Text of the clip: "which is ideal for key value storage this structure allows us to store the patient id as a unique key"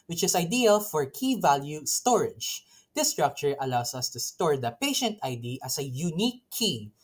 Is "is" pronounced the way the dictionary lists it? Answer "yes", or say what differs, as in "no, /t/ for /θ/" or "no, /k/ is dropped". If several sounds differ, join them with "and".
no, /s/ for /z/